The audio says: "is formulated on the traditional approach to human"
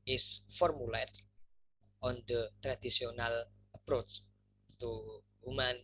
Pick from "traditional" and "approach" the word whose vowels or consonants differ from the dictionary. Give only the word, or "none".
traditional